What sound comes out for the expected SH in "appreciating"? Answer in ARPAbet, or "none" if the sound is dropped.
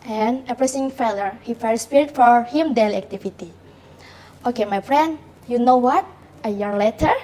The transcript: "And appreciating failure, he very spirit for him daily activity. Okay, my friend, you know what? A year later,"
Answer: S